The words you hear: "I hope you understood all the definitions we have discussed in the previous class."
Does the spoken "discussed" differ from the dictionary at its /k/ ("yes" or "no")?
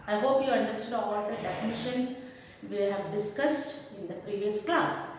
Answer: no